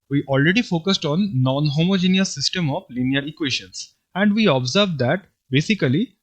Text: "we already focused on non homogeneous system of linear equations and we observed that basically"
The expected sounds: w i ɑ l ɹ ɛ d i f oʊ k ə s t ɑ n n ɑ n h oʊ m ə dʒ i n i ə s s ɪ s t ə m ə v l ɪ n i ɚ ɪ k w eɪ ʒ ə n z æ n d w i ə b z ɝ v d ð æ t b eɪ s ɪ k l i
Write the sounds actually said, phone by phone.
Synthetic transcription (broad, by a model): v i ɑ l ɹ ɛ d i f oʊ k ə s t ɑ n n ɑ n h oʊ m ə dʒ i n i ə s s ɪ s t ə m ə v l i n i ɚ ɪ k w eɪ ʃ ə n s æ n d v i ə b z ɝ v d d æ t b eɪ s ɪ k l i